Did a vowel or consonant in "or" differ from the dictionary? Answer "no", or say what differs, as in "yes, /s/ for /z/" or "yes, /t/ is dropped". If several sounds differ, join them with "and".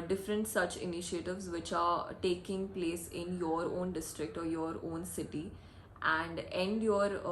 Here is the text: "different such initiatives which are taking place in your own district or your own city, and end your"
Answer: no